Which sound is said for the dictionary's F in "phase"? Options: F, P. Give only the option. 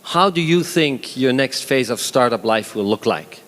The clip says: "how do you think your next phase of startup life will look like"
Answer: F